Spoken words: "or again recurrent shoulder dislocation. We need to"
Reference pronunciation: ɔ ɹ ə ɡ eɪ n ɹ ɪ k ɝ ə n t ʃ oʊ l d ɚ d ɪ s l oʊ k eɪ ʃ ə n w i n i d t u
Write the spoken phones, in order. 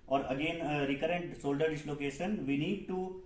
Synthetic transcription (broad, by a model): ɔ ɹ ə ɡ eɪ n ɹ ɪ k ɝ ə n t s oʊ l d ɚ d ɪ s l oʊ k eɪ ʃ ə n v i n i d t u